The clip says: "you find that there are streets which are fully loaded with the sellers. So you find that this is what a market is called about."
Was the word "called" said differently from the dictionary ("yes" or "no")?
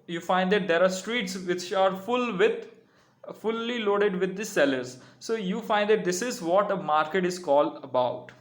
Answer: no